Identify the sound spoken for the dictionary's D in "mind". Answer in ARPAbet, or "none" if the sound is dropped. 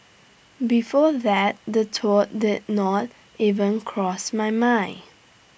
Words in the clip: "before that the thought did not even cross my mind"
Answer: none